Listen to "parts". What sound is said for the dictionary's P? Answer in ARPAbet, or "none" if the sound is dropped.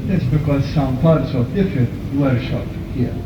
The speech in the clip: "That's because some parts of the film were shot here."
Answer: P